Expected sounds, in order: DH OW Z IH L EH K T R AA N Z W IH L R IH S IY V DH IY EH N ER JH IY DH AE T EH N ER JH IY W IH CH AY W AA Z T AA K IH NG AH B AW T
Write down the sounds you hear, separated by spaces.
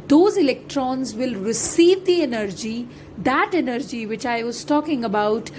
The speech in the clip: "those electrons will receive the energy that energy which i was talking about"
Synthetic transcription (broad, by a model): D OW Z IH L EH K T R AA N Z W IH L R IH S IY V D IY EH N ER JH IY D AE T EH N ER JH IY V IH CH AY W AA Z T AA K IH NG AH B AW T